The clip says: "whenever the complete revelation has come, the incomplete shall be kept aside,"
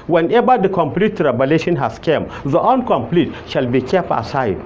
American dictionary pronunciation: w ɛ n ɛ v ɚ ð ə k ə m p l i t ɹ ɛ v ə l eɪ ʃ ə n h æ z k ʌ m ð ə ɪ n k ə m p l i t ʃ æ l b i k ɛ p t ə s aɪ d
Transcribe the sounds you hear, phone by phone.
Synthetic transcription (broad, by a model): w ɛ n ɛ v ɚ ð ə k ə m p l i t ɹ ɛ b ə l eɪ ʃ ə n h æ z k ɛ m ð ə ɪ n k ə m p l i t ʃ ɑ l b i k ɛ p t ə s aɪ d